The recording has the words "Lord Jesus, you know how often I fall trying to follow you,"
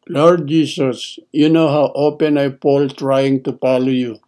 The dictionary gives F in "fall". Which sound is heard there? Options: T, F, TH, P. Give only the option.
P